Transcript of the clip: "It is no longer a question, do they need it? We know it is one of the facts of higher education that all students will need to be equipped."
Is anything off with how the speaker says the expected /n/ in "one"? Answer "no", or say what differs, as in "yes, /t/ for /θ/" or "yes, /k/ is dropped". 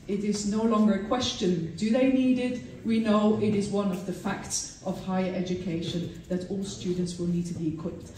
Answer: no